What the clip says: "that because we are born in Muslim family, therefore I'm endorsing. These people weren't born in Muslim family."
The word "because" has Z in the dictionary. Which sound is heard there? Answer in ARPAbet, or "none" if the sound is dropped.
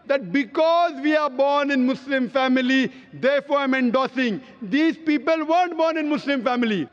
Z